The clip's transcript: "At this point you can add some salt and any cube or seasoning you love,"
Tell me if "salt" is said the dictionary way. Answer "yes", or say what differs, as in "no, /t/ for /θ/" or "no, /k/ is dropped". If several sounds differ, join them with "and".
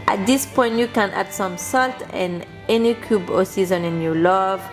yes